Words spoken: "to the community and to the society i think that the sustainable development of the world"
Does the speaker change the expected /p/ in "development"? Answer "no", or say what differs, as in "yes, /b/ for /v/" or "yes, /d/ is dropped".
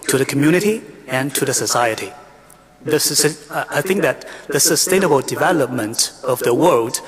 no